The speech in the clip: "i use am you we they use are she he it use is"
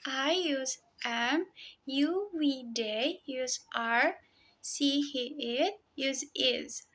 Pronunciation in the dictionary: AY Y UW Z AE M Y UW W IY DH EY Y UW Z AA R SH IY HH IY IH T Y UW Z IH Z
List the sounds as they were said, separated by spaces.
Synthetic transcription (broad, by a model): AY Y UW Z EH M Y UW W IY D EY Y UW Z AA R S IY HH IY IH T Y UW Z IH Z